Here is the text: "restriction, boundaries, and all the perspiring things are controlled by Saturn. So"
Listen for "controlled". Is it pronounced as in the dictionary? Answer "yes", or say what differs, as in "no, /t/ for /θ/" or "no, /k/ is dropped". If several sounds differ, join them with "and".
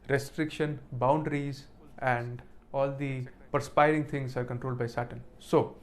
yes